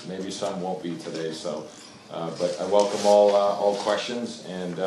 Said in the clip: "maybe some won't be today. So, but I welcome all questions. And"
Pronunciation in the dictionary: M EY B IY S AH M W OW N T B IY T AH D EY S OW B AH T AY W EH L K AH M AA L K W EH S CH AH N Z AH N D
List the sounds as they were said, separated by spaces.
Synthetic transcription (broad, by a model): M EY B IY S AH M W OW N B IY T AH D EY S OW B AH T AY W EH L K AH M AA L K W EH S CH AH N Z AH N